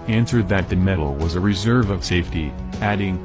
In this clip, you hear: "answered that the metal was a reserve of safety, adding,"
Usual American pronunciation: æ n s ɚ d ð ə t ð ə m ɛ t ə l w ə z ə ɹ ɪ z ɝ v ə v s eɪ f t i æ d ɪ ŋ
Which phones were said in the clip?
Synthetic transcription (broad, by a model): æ n s ɚ d ð ə t ð ə m ɛ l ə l w ə z ə ɹ ɪ z ɝ v ə v s eɪ f t i æ d ɪ ŋ